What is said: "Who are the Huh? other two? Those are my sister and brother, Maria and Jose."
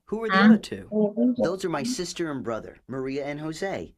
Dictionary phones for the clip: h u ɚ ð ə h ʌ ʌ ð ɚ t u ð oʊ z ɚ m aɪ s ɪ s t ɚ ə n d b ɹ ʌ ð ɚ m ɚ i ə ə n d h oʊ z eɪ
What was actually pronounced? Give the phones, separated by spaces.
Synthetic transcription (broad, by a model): h u ɚ ð ə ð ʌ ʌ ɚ t u ð oʊ z ɚ m aɪ s ɪ s t ɚ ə n b ɹ ʌ ð ɚ m ɚ i ə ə n h oʊ z eɪ